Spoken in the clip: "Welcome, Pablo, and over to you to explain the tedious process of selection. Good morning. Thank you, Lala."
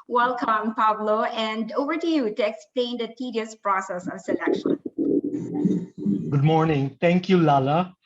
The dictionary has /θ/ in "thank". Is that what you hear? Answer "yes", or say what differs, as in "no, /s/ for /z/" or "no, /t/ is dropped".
no, /t/ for /θ/